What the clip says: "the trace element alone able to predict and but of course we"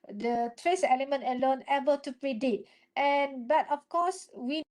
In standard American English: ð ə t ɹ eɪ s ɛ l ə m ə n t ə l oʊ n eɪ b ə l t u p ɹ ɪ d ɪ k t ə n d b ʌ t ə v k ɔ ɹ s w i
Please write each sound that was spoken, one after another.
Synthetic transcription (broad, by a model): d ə t ɹ eɪ s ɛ l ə m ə n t ə l oʊ n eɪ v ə t u p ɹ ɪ d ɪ t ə n b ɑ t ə f k ɔ s w i